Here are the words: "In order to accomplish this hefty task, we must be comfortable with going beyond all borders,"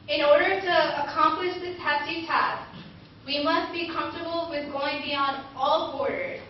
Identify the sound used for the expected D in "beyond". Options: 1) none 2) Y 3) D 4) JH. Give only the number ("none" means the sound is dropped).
3